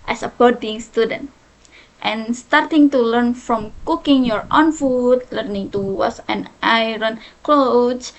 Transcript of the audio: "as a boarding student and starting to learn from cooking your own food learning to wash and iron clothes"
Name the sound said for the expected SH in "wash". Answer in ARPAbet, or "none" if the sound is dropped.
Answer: S